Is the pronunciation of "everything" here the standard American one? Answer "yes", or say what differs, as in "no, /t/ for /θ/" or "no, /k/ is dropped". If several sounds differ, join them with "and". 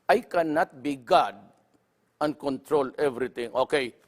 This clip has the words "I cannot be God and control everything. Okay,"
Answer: no, /t/ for /θ/